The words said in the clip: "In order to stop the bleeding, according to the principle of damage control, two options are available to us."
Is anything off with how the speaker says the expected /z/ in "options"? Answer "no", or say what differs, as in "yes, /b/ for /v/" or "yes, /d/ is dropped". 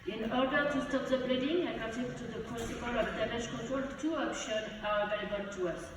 yes, /z/ is dropped